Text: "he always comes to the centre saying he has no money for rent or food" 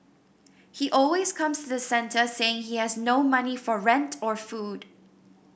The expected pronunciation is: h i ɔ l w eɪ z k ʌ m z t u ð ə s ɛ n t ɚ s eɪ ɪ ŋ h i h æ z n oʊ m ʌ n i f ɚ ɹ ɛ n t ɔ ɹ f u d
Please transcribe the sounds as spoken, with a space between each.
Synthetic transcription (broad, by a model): h i ɔ l w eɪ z k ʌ m s t u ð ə s ɛ n t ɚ s eɪ ɪ ŋ h i h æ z n oʊ m ʌ n i f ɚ ɹ ɛ n t ɔ ɹ f u d